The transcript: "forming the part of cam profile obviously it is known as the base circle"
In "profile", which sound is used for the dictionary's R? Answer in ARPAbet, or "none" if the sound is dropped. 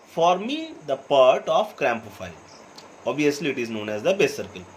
none